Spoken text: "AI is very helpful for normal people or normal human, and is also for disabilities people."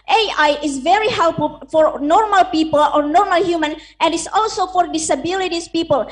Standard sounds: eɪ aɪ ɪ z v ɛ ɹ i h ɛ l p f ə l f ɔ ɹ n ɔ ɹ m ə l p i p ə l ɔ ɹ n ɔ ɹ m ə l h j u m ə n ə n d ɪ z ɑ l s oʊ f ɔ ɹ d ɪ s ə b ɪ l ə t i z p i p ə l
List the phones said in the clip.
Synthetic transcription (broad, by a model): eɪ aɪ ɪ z v ɛ ɹ i h ɛ l p f ə l f ɔ ɹ n ɔ ɹ m ə l p i p ə l ɔ ɹ n ɔ ɹ m ə l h j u m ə n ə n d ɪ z ɑ l s oʊ f ɔ ɹ d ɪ s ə b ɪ l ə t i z p i p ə l